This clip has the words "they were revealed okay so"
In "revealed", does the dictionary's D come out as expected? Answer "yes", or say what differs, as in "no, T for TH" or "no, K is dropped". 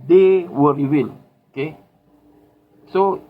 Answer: no, D is dropped